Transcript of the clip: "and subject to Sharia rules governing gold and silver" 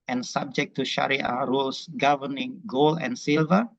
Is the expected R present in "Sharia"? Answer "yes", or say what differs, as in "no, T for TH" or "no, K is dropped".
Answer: yes